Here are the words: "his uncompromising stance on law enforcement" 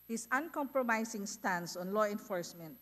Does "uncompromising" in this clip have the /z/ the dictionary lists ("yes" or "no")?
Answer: no